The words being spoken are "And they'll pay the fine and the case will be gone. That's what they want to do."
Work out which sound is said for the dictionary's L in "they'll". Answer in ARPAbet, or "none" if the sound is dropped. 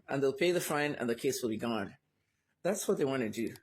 L